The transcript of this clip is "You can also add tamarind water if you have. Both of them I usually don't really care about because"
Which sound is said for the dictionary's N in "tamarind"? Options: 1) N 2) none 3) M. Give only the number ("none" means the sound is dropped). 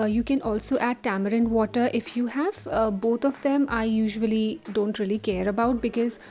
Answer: 1